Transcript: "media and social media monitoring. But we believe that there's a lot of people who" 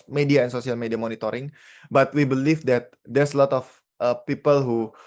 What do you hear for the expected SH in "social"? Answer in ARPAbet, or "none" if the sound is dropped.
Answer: S